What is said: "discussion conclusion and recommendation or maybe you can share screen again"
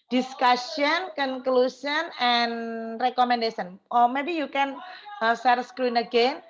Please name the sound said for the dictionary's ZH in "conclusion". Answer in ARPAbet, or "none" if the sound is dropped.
S